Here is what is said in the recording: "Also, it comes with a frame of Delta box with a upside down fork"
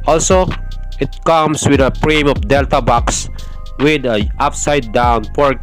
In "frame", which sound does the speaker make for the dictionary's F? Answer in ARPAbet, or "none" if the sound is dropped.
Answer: P